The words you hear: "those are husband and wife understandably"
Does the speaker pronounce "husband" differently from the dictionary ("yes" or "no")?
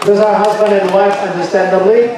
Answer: no